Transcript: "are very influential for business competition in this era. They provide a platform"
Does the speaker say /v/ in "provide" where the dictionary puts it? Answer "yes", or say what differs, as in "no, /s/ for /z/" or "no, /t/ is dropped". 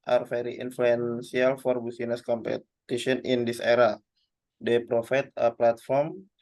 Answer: no, /f/ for /v/